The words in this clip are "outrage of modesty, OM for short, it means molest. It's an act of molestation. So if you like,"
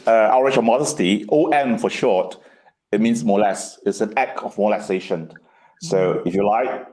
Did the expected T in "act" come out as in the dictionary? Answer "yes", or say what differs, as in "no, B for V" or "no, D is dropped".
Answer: no, T is dropped